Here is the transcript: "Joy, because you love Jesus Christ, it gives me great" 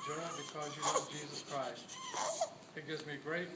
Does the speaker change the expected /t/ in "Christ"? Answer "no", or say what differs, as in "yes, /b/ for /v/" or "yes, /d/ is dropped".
no